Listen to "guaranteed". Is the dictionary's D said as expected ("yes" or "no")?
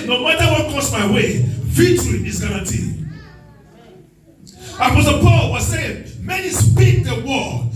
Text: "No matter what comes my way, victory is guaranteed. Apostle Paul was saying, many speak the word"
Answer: no